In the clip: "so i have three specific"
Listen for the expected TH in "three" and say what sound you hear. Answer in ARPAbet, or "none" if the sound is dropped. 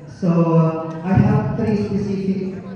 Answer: T